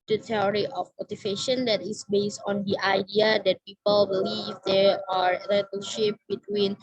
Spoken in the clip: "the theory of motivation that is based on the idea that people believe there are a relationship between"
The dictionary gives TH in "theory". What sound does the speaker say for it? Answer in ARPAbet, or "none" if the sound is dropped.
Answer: T